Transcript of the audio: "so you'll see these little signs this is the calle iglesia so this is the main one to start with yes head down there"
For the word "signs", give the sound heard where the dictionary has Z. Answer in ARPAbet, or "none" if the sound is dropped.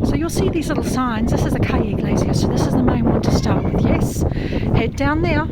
Z